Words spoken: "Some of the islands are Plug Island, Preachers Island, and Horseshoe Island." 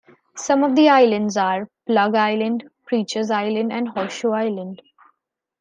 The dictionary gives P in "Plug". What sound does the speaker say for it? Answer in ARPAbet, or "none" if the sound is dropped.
P